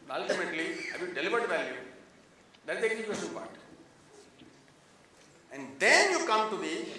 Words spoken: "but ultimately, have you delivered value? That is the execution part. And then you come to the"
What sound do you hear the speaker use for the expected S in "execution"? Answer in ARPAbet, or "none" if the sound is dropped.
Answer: none